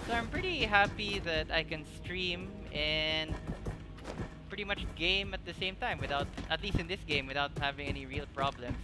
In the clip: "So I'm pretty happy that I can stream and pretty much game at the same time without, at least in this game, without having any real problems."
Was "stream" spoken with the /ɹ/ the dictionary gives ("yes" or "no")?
yes